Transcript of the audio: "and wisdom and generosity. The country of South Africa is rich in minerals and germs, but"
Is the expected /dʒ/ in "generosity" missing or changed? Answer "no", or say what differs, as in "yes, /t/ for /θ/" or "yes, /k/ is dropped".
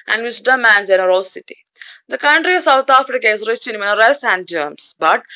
yes, /z/ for /dʒ/